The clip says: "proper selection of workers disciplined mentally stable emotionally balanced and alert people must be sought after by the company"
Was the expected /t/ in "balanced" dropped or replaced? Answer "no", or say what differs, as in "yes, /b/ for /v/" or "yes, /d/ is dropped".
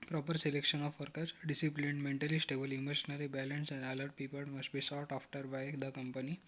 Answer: yes, /t/ is dropped